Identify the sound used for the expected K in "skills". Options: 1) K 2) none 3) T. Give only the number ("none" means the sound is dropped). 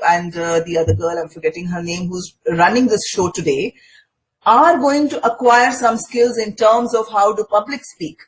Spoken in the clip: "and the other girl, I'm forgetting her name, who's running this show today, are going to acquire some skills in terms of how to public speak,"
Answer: 1